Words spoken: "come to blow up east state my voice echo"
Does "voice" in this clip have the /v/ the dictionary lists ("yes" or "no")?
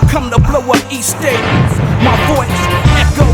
no